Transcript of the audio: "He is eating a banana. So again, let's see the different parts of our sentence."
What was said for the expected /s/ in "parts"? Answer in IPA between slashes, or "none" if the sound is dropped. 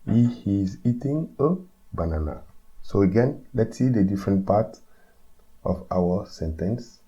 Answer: none